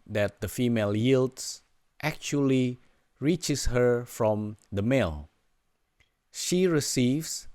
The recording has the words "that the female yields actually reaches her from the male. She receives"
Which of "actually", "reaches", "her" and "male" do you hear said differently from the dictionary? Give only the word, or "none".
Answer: reaches